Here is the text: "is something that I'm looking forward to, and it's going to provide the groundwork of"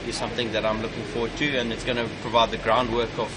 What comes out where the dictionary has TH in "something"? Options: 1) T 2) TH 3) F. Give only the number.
2